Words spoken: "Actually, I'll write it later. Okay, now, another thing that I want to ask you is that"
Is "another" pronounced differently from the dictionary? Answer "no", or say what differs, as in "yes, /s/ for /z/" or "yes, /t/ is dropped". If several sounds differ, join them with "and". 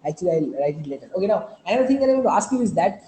yes, /n/ is dropped and /ð/ is dropped